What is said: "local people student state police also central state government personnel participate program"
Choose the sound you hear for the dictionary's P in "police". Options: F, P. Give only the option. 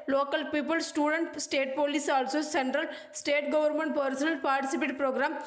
P